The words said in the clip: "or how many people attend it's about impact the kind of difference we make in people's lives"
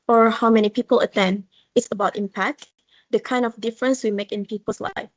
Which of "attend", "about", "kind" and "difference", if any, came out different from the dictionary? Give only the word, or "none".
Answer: none